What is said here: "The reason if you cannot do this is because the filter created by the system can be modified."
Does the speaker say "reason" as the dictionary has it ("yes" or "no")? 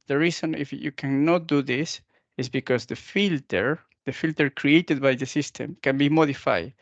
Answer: no